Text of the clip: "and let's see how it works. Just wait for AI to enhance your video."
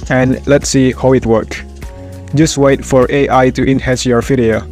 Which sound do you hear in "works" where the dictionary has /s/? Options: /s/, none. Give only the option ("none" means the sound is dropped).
none